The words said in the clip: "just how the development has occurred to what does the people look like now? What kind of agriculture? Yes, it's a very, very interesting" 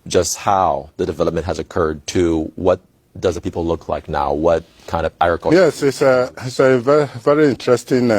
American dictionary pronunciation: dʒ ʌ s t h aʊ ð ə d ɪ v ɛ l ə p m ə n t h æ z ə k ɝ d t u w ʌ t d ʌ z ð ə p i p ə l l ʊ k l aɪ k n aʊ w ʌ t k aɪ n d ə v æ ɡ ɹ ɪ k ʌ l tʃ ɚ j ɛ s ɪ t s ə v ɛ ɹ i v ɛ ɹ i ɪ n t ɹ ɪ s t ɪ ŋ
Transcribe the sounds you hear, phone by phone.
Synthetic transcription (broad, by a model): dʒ ʌ s t h aʊ ð ə d ɪ v ɛ l ə p m ə n t h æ z ə k ɝ d t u w ʌ t d ʌ z ð ə p i p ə l l ʊ k l aɪ k n aʊ w ʌ t k aɪ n d ə v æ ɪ ɹ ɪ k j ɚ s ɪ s ɪ t s ə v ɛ v ɛ ɹ i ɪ n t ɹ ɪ s t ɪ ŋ